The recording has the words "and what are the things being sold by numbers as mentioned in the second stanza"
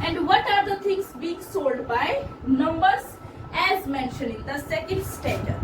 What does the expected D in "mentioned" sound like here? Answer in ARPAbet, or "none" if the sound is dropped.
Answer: none